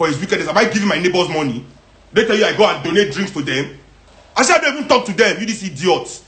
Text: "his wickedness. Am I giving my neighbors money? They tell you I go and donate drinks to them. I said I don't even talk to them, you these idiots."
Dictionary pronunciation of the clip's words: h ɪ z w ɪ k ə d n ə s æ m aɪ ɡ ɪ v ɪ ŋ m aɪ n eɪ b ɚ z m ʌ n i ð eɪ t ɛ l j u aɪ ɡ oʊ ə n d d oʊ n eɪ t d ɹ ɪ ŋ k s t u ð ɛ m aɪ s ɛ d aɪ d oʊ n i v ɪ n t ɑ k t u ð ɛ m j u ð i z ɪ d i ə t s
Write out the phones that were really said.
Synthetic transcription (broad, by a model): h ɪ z w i k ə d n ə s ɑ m aɪ ɡ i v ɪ m aɪ n eɪ b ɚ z m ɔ n i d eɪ t ɛ l j u aɪ ɡ oʊ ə n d d oʊ n eɪ t d ɹ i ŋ k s t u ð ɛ m aɪ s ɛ aɪ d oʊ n i v ɪ n t ɑ k t u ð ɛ m j u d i s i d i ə t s